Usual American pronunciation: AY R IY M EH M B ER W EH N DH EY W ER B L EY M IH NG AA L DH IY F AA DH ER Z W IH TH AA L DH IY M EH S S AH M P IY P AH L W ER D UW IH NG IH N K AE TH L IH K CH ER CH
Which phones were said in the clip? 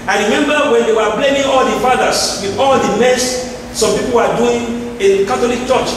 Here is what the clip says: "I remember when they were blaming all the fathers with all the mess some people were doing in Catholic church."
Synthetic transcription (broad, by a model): AY R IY M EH M B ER W EH N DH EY W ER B L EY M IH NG AA L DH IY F AA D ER S W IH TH AA L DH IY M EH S S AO M P IY P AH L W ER D UW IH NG IH N K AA T L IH K CH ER CH